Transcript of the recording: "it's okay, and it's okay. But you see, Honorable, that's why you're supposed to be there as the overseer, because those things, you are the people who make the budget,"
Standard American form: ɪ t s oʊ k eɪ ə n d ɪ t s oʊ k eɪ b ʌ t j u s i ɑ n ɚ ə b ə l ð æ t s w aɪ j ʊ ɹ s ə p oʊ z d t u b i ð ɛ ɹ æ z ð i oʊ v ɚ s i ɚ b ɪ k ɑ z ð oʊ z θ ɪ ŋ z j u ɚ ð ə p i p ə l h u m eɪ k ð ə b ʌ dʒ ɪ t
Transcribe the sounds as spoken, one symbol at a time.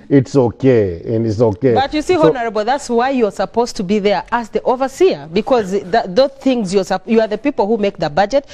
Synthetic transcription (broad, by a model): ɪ t s oʊ k eɪ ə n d ɪ t s oʊ k eɪ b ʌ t j u s i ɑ n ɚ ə b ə l ð æ t s w aɪ j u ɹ s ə p oʊ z t u b i ð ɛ ɹ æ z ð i oʊ v ɚ s i ɚ b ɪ k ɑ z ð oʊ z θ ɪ ŋ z j u ɚ ð ə p i p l h u m eɪ k ð ə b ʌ dʒ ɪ t